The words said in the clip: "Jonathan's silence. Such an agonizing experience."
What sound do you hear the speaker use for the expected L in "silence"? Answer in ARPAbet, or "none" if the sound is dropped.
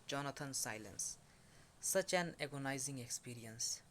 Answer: L